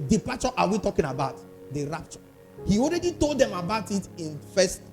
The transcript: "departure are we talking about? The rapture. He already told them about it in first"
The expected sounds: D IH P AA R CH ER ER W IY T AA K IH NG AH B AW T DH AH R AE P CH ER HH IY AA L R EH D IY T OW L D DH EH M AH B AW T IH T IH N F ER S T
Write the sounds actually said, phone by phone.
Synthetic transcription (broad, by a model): D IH P AA CH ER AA W IY T AA K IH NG AH B AW T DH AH R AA P CH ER HH IY AA L R EH D IY T OW L D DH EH M AH B AW T IH T IH N F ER S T